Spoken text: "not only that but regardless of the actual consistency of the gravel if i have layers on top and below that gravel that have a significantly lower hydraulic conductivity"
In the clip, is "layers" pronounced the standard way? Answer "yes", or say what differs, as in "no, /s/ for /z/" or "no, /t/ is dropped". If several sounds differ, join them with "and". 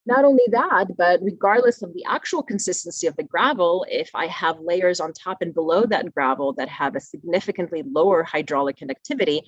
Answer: yes